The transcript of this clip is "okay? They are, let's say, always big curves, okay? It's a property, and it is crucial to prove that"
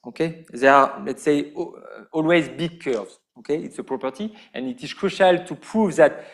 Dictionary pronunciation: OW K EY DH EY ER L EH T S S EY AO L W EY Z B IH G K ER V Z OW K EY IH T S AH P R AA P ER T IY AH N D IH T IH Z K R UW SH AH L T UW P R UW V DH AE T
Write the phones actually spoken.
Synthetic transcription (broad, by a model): OW K EY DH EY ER L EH T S S EY AO L W EY Z B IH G K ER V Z OW K EY IH T S AH P R AA P ER T IY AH N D IH T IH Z K R UW SH AH L T UW P R UW V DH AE T